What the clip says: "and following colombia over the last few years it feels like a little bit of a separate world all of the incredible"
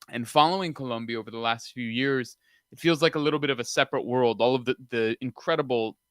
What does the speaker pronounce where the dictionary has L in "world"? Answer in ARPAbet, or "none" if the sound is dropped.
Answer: L